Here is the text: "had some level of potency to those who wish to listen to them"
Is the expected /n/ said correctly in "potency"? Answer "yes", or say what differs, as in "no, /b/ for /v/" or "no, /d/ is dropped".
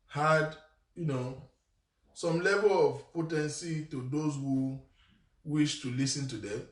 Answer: yes